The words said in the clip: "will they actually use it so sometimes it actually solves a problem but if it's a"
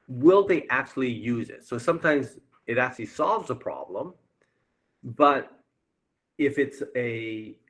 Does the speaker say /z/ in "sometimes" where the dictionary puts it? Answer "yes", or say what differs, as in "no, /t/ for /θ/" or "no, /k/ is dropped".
yes